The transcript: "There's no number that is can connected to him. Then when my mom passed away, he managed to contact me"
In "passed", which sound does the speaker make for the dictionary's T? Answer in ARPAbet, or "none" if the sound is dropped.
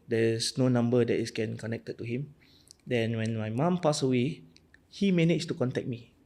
none